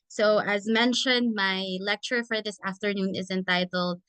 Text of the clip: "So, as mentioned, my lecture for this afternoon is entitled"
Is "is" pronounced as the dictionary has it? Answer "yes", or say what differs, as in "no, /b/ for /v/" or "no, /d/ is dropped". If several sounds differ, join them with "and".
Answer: yes